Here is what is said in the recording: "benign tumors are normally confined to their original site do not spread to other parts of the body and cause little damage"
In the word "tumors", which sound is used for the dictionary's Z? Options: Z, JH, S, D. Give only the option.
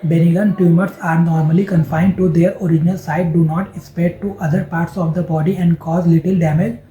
S